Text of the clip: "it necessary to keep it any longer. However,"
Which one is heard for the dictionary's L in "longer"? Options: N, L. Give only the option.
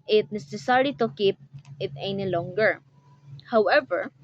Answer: L